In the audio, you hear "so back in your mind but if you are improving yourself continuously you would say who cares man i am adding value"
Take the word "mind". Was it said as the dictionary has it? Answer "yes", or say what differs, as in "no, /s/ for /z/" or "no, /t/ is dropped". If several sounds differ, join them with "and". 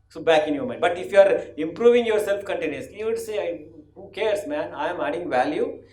no, /n/ is dropped